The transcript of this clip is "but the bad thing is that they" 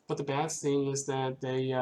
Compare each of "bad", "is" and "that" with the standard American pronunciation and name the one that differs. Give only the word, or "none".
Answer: none